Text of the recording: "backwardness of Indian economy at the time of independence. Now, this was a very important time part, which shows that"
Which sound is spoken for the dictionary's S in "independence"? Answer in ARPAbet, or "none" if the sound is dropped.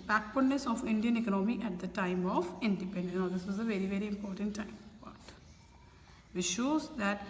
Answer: none